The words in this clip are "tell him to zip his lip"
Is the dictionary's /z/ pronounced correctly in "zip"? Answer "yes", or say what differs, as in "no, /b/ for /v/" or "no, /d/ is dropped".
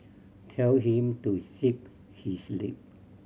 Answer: no, /s/ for /z/